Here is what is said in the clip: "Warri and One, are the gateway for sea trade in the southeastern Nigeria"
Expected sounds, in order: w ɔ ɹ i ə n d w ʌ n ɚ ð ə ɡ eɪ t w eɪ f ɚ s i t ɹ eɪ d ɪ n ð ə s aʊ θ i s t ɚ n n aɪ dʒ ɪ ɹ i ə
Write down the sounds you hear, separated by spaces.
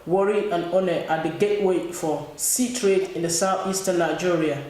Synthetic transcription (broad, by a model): w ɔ ɹ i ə n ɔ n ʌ ɑ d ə ɡ eɪ t w eɪ f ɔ s i t ɹ eɪ d ɪ n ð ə s aʊ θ i s t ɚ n n aɪ dʒ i ɹ i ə